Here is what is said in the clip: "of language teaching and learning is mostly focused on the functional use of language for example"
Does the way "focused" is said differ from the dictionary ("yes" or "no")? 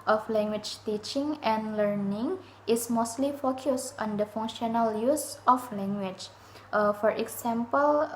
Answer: no